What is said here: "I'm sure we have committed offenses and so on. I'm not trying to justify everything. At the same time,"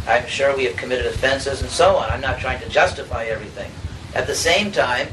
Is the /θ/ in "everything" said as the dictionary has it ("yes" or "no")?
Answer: yes